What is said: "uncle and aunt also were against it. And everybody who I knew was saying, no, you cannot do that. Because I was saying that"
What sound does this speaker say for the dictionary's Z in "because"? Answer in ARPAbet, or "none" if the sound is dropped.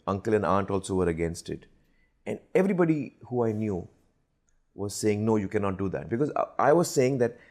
Z